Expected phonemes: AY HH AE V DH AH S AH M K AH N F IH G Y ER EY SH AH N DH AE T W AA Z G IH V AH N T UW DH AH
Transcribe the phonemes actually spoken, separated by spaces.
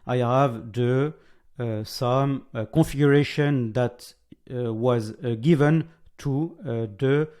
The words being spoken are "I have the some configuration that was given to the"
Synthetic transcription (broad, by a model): AY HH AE V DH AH S AH M K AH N F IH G Y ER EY SH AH N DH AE T W AA Z G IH V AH N T UW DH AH